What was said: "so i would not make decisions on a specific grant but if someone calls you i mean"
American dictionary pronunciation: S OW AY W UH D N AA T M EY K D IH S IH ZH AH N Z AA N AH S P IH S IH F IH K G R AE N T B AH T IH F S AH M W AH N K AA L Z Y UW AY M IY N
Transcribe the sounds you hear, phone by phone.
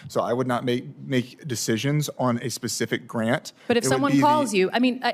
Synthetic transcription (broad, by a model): S OW AY W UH D N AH T M EY K D IH S IH ZH AH N Z N AH S P IH S IH F IH K G R AE N T B AH T IH F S AH M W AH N K AA L Z Y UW AY M IY N